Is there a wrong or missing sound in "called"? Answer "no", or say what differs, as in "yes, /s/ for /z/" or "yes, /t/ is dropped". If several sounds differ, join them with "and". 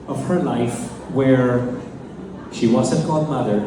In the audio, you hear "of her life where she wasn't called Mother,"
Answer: yes, /l/ is dropped